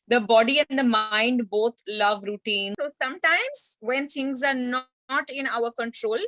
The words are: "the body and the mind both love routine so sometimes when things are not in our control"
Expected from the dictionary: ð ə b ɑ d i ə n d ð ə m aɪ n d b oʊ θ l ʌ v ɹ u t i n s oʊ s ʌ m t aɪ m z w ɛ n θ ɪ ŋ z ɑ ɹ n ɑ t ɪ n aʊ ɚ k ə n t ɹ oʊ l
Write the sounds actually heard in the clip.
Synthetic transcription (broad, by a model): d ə b ɑ d i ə n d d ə m aɪ n d b oʊ t l ʌ v ɹ u t i n s oʊ s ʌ m t aɪ m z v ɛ n t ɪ ŋ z ɑ ɹ n ɑ t ɪ n aʊ ɚ k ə n t ɹ oʊ l